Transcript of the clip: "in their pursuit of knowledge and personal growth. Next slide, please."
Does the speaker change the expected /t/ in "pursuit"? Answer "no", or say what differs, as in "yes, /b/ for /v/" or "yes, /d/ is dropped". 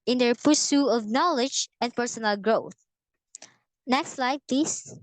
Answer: yes, /t/ is dropped